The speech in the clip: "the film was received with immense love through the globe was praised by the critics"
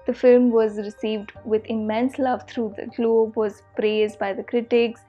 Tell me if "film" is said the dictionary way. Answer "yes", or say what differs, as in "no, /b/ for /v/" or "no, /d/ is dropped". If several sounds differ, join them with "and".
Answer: yes